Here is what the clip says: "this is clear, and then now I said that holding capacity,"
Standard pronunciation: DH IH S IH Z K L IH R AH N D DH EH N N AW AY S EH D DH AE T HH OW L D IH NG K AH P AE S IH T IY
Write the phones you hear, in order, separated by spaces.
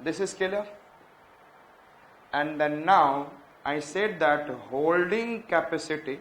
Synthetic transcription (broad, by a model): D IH S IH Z K IH L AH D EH N N AW AY S EH D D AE T HH OW L D IH NG K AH P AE S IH T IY